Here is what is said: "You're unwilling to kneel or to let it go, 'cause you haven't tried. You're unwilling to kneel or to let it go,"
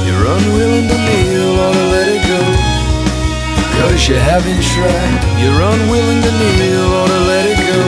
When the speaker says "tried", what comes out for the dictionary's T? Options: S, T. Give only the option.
S